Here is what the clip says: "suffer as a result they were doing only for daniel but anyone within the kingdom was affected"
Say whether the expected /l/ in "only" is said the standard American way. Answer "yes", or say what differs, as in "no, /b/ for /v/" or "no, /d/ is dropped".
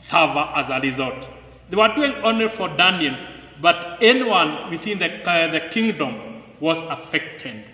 no, /l/ is dropped